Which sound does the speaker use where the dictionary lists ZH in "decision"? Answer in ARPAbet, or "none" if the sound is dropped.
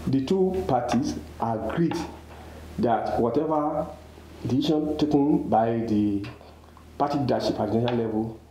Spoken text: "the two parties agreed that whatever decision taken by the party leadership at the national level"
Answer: SH